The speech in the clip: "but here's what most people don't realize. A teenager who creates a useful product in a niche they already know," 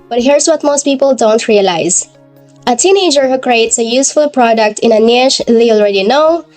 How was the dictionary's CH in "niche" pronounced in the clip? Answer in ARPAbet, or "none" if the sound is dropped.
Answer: SH